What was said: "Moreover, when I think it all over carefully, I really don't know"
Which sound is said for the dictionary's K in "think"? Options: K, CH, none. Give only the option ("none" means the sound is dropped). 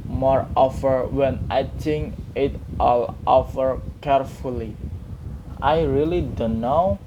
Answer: none